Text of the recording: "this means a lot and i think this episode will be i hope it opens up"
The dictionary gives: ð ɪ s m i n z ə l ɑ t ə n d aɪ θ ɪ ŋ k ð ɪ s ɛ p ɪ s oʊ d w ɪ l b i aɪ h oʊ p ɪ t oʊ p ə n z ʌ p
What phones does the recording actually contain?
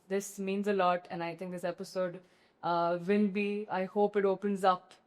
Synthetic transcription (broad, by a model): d ɪ s m i n z ə l ɑ t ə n aɪ t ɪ ŋ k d ɪ s ɛ p ɪ s oʊ d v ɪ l b i aɪ h oʊ p ɪ t oʊ p ə n z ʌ p